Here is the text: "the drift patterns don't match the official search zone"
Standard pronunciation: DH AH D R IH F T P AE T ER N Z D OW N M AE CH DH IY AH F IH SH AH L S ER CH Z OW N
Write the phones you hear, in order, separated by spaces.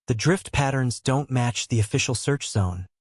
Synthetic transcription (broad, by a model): DH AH D R IH F T P AE T ER N Z D OW N M AE CH DH IY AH F IH SH L S ER CH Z OW N